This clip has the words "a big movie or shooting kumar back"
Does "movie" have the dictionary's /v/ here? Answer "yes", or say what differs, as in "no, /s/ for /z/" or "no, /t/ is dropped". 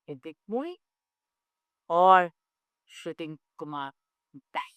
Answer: no, /v/ is dropped